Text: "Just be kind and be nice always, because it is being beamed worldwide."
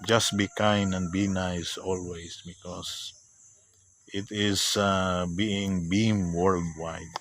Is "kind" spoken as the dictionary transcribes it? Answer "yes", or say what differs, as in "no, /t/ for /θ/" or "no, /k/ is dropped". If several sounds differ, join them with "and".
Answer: no, /d/ is dropped